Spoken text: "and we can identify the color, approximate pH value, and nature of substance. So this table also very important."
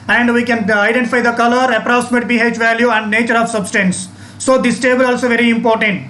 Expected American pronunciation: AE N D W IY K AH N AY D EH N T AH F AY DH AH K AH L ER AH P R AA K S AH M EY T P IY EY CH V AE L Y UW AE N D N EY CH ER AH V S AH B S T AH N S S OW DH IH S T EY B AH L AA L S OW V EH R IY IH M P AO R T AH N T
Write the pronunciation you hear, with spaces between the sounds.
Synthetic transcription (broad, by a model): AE N D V IY K AH N AY D EH N T AH F AY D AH K AH L ER AH P R AA K S AH M EY T B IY EY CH V AE L Y UW AE N D N EY CH ER AH V S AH B S T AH N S S OW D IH S T EY B AH L AA L S OW V EH R IY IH M P AO R T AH N T